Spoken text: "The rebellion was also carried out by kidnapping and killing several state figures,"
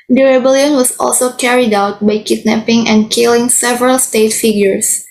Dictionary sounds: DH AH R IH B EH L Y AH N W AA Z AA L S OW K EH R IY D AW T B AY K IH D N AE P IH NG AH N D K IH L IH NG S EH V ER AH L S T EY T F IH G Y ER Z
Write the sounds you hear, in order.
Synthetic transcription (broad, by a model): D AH R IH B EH L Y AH N W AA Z AA L S OW K EH R IY D AW T B AY K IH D N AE P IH NG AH N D K IH L IH NG S EH V ER AH L S T EY T F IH G Y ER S